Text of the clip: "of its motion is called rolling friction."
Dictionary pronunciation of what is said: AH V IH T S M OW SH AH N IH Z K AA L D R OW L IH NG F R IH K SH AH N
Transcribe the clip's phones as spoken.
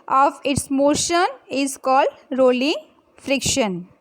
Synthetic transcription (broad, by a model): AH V IH T S M OW SH AH N IH Z K AA L D R OW L IH NG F R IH K SH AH N